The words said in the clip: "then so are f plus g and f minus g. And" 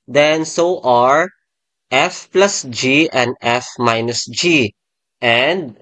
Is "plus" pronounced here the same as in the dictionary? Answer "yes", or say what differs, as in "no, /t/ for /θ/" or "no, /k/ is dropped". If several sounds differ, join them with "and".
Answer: yes